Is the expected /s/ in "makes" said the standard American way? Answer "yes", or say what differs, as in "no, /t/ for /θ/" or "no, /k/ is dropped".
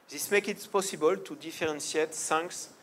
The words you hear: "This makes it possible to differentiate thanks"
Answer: no, /s/ is dropped